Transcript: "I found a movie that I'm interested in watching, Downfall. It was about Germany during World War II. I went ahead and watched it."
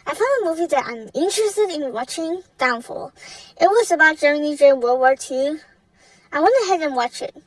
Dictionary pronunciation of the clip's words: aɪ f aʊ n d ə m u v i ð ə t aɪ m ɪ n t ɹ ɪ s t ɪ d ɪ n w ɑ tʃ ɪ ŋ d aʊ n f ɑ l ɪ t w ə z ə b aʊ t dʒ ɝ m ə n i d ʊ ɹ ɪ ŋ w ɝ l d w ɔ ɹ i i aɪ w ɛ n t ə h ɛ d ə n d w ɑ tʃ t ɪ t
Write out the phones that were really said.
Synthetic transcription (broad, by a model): aɪ f aʊ n d ə m u v i ð ə t aɪ m ɪ n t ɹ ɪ s t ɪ d ɪ n w ɑ tʃ ɪ ŋ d aʊ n f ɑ l ɪ t w ə z ə b aʊ t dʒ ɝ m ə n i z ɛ w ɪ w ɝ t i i aɪ w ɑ n ə h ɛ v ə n w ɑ tʃ ɪ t